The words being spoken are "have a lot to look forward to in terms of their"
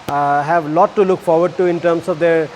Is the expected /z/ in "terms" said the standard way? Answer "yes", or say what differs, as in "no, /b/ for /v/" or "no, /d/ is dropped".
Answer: no, /s/ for /z/